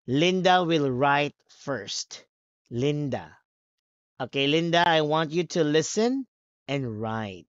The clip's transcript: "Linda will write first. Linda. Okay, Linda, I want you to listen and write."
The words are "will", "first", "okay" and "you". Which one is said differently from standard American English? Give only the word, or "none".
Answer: none